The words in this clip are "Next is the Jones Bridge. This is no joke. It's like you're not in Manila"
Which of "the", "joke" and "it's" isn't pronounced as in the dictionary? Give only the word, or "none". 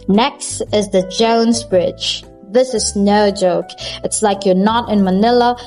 none